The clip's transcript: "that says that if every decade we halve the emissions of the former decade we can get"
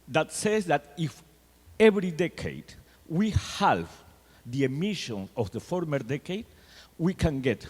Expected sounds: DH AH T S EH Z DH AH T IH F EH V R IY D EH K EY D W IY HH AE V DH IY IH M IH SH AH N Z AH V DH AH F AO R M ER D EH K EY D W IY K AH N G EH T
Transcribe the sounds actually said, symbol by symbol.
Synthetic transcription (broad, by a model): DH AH T S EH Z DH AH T IH F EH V R IY D EH K EY D W IY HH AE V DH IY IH M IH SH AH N AH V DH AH F AO R M ER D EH K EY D W IY K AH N G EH T